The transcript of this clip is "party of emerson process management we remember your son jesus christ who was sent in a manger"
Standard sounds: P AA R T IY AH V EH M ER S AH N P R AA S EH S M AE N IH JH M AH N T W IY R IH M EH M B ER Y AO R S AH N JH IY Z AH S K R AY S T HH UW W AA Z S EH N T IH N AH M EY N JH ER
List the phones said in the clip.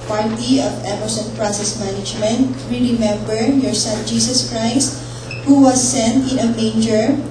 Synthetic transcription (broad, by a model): P AA R T IY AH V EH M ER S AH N P R AA S EH S M AE N IH JH M AH N T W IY R IH M EH M B ER Y AO R S AH N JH IY S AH S K R AY S T HH UW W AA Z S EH N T IH N AH M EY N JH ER